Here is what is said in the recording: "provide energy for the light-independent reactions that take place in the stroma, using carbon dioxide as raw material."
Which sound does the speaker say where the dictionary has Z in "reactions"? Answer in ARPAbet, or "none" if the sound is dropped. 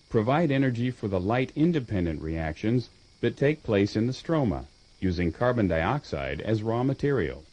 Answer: Z